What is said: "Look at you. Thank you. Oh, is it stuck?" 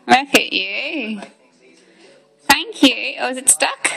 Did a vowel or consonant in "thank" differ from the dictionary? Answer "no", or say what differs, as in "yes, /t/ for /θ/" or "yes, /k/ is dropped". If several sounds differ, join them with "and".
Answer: no